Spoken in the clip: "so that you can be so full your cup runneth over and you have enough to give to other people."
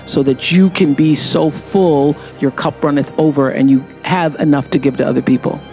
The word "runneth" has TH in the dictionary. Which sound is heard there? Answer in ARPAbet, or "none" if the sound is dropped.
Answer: TH